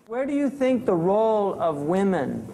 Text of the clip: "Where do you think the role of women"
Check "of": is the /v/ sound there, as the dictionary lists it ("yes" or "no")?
yes